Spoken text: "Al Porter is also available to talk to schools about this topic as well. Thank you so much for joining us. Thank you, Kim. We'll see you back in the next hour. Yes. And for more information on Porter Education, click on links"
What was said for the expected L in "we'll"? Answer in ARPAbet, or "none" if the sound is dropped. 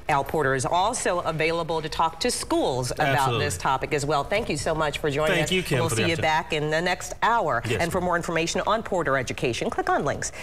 L